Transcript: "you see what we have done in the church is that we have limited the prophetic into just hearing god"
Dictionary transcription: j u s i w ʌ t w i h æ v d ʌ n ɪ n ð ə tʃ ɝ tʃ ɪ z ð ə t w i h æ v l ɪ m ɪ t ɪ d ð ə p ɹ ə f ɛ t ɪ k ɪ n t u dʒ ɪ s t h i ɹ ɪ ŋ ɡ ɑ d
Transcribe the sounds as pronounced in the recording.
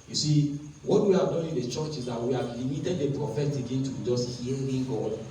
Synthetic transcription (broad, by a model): j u s i w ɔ t w i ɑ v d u ɪ n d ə tʃ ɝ tʃ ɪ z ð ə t w i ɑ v l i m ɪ t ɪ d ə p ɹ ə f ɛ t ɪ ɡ ɪ n t u dʒ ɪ s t h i l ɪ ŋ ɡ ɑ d